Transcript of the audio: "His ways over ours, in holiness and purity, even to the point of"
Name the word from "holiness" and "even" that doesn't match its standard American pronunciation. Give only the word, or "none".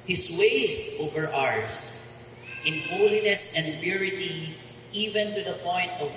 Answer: none